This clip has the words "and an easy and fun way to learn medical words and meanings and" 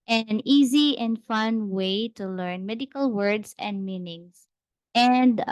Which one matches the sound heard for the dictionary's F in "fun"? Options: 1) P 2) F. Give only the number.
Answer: 2